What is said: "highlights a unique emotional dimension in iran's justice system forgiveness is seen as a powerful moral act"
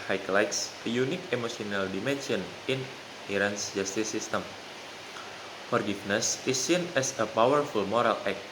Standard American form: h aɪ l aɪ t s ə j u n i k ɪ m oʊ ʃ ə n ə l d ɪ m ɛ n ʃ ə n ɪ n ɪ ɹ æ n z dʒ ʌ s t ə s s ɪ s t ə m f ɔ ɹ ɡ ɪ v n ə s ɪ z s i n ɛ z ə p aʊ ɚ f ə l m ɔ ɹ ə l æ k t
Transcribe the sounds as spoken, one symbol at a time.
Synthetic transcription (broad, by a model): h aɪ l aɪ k s ə j u n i k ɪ m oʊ s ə n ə l d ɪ m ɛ n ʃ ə n ɪ n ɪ ɹ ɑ n s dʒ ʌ s t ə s s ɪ s t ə m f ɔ ɹ ɡ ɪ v n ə s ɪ s i n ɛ s ə p aʊ ɚ f ə l m ɔ ɹ ə l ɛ k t